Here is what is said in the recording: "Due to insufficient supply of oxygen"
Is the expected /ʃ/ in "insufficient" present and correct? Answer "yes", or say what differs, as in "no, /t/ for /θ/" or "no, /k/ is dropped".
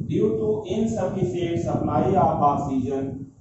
no, /s/ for /ʃ/